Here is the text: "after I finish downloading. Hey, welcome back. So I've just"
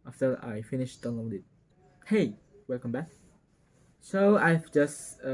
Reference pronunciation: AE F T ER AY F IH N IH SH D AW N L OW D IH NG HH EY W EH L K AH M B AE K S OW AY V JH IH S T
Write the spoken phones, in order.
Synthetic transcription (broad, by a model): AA F T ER AY F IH N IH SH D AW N OW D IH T HH EY W EH L K AH M B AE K S OW AY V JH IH S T